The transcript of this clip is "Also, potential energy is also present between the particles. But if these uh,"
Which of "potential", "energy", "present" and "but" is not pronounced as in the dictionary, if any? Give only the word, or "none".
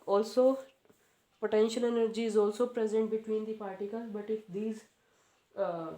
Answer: none